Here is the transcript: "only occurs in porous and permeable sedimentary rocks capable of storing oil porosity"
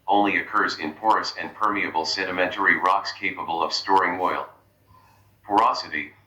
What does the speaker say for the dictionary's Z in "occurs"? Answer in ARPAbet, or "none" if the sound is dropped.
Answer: Z